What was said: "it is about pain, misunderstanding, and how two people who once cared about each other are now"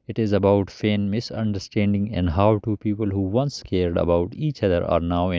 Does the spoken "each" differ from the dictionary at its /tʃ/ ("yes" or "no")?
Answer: no